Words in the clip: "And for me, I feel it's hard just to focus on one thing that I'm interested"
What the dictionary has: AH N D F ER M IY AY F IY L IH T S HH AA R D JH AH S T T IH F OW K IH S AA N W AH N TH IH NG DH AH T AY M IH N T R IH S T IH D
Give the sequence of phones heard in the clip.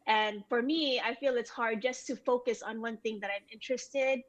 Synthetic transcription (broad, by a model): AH N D F ER M IY AY F IY L IH T S HH AA R D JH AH S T T IH F OW K IH S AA N W AH N TH IH NG DH AH T AY M IH N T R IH S T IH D